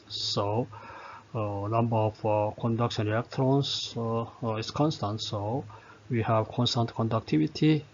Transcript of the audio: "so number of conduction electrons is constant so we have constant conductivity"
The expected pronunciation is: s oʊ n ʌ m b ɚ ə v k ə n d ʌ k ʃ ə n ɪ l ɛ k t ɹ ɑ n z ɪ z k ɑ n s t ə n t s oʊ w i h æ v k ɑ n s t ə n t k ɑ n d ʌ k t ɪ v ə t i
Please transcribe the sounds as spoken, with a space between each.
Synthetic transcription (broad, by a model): s oʊ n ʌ m b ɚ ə f k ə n d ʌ k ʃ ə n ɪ ɛ k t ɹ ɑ n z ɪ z k ɑ n s t ə n t s oʊ w i h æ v k ɑ n s t ə n t k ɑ n d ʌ k t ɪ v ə t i